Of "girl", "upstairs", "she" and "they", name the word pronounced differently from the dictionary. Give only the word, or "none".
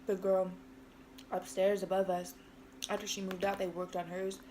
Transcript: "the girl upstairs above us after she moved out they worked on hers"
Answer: none